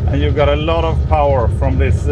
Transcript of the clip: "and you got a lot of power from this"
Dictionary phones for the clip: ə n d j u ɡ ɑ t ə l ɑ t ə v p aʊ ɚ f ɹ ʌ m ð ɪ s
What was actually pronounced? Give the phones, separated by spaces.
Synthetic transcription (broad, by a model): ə n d j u ɡ ɑ t ə l ɑ t ə v p aʊ ɚ f ɹ ʌ m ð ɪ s